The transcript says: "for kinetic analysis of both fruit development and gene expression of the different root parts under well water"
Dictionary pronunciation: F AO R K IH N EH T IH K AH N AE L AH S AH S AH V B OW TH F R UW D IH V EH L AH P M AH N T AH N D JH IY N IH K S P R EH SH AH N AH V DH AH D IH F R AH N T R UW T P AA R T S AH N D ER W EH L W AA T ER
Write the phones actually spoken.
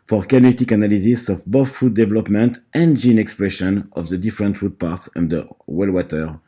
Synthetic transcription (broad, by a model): F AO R K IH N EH T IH K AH N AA L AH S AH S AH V B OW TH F UW D IH V EH L AH P M AH N T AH N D JH IY N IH K S P R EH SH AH N AH V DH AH D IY F R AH N T R UW T P AA R T S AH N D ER W EH L W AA T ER